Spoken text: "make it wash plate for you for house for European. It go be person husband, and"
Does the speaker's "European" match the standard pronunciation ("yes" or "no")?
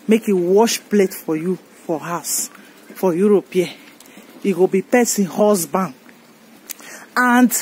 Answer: no